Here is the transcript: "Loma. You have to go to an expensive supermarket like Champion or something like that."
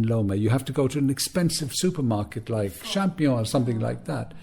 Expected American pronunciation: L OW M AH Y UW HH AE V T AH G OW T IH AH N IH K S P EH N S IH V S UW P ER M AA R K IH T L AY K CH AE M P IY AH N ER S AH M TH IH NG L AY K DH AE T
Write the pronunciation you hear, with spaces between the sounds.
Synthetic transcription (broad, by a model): L OW M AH Y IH HH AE F T AH G OW T IH AH N IH K S P EH N S IH V S UW P ER M AA R K IH T L AY K SH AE M P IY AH ER S AH M TH IH NG L AY K DH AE T